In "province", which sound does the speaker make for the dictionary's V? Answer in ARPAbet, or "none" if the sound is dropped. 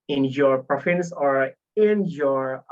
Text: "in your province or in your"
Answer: F